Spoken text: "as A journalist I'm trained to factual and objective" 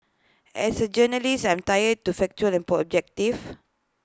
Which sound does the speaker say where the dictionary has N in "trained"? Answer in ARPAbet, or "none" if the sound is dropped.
none